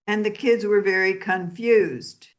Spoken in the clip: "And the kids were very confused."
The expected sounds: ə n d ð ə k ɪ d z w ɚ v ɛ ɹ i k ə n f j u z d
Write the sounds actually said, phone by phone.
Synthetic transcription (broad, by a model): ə n ð ə k ɪ d z w ɚ v ɛ ɹ i k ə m f j u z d